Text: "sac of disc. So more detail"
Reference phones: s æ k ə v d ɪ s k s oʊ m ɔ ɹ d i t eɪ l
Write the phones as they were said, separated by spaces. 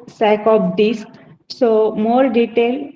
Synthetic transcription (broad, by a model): s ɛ k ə p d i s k s oʊ m ɔ ɹ d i t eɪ l